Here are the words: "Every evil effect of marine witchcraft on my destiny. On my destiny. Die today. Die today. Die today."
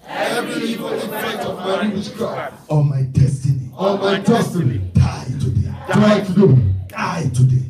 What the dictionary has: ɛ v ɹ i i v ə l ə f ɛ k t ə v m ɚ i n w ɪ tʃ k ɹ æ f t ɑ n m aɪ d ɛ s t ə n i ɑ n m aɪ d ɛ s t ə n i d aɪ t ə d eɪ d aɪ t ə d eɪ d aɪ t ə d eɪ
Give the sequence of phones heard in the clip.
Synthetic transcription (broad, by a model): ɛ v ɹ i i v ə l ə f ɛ t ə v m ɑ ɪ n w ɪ ʃ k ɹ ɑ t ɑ m aɪ d ɛ s t ə n i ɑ m aɪ d ɛ s t ə n i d aɪ t ə d eɪ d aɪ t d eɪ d aɪ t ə d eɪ